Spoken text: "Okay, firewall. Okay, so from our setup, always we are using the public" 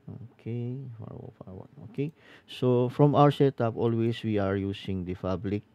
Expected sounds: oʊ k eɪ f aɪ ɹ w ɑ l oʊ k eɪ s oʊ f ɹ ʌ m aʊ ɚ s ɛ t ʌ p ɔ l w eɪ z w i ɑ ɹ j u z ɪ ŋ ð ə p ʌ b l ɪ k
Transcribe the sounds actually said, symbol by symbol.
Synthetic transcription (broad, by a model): oʊ k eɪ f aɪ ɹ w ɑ n oʊ k eɪ s oʊ f ɹ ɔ m aʊ ɚ s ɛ t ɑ p ɔ l w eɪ s w i ɑ ɹ j u s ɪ ŋ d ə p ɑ b l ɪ k